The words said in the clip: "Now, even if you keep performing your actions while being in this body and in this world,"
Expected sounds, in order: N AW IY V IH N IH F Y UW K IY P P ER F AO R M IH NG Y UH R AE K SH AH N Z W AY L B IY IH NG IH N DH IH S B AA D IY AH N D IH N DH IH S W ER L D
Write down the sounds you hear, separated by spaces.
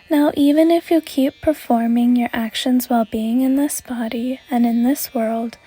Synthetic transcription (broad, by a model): N AW IY V IH N IH F Y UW K IY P P ER F AO R M IH NG Y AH R AE K SH AH N Z W AY L B IY IH NG IH N DH IH S B AA D IY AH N IH N DH IH S W ER L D